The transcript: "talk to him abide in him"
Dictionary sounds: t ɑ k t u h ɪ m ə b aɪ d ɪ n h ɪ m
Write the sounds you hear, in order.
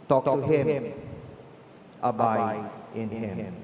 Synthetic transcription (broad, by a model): t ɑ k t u h ɪ m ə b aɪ ɪ n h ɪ m